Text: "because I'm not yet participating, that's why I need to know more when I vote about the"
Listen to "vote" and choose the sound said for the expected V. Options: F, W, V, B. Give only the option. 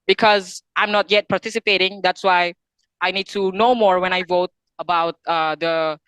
V